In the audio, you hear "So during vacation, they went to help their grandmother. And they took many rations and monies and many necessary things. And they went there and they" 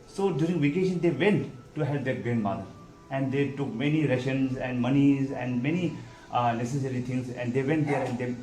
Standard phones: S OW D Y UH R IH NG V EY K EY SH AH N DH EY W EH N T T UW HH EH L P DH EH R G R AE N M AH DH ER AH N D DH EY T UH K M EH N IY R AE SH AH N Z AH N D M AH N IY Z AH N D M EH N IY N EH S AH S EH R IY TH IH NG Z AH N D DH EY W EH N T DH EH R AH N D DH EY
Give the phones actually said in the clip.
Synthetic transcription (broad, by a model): S OW D Y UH R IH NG V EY K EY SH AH N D EY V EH N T T UW HH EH L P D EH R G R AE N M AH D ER AH N D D EY T UH K M EH N IY R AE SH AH N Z AH N D M AH N IY Z AH N D M EH N IY N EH S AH S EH R IY T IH NG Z AH N D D EY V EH N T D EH R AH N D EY